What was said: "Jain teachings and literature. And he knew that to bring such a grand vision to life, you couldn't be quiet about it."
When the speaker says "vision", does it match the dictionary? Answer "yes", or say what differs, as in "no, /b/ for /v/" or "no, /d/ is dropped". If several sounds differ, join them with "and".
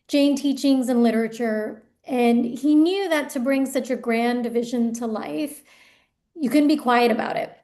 yes